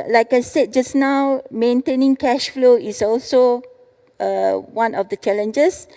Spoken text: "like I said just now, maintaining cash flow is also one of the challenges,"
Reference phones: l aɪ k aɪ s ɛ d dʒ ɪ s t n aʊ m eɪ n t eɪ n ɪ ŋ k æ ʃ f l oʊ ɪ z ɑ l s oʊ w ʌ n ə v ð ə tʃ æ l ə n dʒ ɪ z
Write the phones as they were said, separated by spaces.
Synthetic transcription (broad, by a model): l aɪ k aɪ s ɛ d dʒ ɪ s n aʊ m eɪ n t eɪ n ɪ ŋ k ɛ ʃ f l oʊ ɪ s ɑ l s oʊ w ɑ n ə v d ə tʃ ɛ l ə n dʒ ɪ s